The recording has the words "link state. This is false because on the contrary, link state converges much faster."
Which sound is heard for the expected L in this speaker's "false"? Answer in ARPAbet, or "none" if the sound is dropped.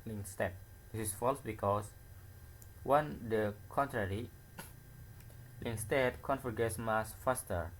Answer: L